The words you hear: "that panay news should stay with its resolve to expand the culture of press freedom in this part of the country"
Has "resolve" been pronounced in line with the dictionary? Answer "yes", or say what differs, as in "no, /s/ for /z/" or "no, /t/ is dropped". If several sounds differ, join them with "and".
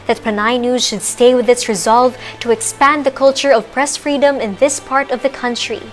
yes